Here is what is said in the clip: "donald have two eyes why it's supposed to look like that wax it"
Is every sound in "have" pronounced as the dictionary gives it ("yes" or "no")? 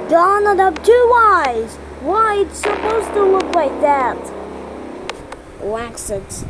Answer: no